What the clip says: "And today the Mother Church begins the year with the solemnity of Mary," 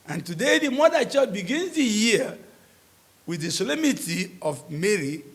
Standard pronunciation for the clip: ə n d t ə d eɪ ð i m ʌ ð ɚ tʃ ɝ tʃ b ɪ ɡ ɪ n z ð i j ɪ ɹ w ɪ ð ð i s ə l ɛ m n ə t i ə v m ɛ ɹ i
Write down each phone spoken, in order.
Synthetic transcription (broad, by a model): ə n t ə d eɪ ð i m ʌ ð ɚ tʃ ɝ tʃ b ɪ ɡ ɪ n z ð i j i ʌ w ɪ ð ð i s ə l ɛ m ə t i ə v m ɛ ɹ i